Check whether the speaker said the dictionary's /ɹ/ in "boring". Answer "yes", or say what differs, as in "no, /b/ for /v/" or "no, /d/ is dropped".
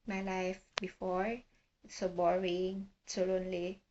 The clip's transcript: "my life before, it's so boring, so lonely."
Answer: yes